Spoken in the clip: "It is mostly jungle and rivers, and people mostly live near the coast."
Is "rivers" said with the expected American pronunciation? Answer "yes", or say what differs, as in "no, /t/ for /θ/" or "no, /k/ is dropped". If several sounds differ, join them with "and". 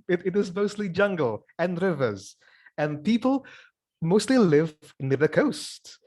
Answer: yes